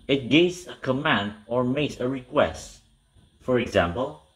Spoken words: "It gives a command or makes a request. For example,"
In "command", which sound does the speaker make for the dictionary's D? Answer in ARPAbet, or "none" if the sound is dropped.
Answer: D